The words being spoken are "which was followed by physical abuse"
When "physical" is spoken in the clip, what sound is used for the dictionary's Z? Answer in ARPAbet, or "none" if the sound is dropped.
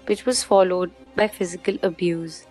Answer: Z